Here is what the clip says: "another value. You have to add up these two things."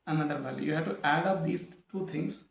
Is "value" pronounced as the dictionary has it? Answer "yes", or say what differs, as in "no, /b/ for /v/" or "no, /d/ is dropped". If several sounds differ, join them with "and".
no, /b/ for /v/